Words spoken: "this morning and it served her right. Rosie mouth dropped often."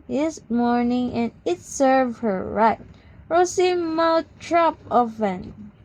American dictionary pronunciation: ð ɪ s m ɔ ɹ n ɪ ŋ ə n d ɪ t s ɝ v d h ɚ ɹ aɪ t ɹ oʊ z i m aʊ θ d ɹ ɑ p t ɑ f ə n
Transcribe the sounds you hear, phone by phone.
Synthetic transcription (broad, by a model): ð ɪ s m ɔ ɹ n ɪ ŋ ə n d ɪ t s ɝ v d h ɚ ɹ aɪ t ɹ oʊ s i m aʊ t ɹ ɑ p ɑ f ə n